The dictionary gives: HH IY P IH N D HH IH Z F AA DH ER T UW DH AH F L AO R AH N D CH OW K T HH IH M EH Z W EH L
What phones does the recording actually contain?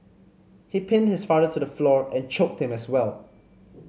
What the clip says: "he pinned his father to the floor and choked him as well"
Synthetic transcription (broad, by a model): HH IY P IH N D HH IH S F AA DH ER T UW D AH F L AO R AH N CH OW K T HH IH M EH S W EH L